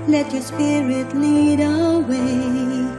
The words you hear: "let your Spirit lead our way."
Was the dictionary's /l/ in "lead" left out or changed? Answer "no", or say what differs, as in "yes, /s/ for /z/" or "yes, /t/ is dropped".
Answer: yes, /n/ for /l/